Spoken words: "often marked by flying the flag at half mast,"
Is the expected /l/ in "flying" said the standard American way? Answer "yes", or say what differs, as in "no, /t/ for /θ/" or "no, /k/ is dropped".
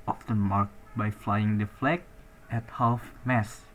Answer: yes